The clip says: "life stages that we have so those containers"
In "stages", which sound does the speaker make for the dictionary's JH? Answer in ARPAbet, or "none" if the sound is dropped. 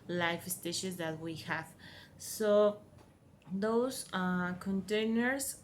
SH